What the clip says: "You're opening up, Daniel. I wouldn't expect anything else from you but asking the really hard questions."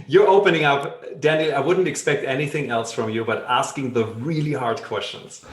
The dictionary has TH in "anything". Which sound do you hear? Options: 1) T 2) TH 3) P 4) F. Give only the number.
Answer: 2